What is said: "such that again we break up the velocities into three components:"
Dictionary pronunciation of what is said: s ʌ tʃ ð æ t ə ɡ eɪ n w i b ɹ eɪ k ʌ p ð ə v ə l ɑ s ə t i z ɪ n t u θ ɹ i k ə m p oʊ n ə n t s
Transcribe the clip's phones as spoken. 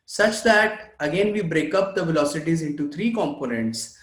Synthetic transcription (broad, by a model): s ʌ tʃ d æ t ə ɡ eɪ n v i b ɹ eɪ k ʌ p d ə v ə l ɑ s ə t i z ɪ n t u t ɹ i k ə m p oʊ n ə n t s